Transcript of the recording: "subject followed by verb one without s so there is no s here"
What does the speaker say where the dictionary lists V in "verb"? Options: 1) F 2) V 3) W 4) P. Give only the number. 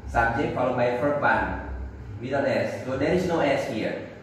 1